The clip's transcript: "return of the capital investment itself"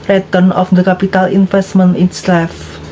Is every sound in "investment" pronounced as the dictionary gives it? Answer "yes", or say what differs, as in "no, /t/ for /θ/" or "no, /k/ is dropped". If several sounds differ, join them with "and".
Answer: no, /f/ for /v/